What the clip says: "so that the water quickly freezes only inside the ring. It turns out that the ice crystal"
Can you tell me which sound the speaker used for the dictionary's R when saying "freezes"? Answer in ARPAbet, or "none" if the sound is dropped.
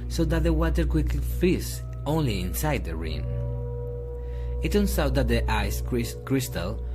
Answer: none